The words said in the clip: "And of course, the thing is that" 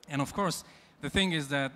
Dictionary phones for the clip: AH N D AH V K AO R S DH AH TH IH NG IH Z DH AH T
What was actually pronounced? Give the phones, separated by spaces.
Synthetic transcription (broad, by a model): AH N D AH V K AO R S DH AH TH IH NG IH Z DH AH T